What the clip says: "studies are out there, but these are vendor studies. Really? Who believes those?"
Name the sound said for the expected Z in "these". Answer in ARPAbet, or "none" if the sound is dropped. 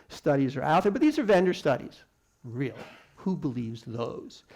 Z